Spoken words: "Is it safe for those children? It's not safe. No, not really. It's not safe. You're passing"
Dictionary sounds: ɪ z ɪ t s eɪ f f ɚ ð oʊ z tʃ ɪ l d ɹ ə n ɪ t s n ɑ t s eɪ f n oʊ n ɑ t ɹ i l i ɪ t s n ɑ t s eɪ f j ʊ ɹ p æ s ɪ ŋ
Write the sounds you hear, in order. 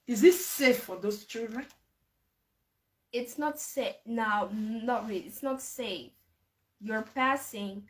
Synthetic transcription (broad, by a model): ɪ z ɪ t s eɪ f f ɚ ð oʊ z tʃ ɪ d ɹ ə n ɪ t s n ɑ t s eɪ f n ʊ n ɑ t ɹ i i ɪ t s n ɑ t s eɪ f j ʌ ɹ p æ s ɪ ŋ